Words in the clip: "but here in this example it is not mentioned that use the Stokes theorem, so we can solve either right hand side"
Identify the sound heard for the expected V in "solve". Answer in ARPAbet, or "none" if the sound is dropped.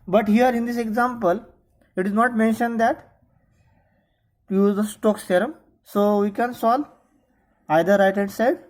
none